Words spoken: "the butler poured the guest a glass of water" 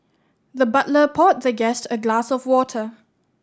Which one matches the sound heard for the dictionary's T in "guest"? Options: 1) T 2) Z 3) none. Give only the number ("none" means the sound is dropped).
1